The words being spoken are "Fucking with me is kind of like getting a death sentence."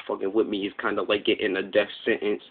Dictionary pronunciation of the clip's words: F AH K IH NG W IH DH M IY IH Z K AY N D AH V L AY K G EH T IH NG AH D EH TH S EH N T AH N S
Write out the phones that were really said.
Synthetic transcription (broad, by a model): F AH K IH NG W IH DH M IY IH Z K AY N D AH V L AY K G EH T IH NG AH D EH F S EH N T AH N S